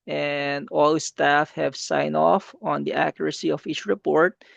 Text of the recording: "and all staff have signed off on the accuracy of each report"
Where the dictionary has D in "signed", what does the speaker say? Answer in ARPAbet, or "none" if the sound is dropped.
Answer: none